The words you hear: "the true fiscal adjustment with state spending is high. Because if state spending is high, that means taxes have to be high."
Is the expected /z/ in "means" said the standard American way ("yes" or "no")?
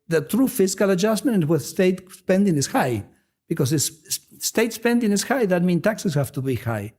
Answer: no